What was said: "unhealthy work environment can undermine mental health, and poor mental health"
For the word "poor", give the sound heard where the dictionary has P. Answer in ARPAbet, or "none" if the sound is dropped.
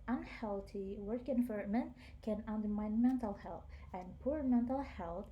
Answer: P